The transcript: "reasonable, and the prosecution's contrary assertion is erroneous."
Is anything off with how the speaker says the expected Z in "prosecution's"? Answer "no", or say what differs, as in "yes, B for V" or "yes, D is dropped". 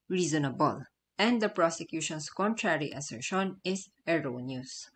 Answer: yes, S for Z